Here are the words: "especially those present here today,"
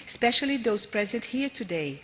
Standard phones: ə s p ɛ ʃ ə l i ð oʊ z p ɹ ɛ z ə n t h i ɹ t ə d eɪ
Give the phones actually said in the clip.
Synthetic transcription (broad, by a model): s p ɛ ʃ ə l i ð oʊ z p ɹ ɛ z ə n t h i ɹ t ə d eɪ